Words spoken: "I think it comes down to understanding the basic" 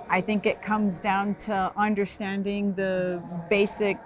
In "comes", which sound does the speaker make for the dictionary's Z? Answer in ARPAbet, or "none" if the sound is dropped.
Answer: Z